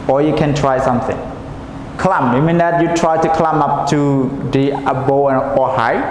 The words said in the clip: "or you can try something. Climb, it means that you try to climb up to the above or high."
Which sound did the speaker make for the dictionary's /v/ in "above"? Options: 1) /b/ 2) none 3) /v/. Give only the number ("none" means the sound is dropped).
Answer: 2